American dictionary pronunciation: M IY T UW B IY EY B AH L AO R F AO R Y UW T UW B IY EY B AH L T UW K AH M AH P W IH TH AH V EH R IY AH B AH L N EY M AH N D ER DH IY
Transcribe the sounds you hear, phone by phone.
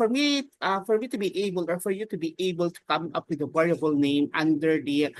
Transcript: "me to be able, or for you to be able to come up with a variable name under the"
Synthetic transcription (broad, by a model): M IY T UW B IY EY B AH L AO R F AO R Y UW T UW B IY EY B AH L T UW K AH M AH P W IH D AH W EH R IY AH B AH L N EY M AH N D ER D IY